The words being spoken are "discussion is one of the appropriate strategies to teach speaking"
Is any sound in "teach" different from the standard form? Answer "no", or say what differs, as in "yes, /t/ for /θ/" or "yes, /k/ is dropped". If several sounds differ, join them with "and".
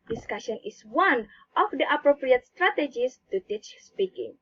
no